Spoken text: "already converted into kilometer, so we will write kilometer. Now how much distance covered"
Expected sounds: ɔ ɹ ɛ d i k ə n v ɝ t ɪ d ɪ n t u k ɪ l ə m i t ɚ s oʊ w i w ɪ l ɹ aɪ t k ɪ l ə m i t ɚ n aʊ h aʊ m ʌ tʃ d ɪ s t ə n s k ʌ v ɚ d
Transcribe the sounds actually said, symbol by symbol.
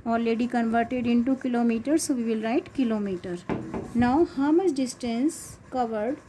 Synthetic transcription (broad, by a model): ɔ ɹ ɛ d i k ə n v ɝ t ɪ d ɪ n t u k ɪ l ə m i t ɚ s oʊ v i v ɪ l ɹ aɪ t k ɪ l ə m i t ɚ n aʊ h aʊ m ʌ s d ɪ s t ə n s k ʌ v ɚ d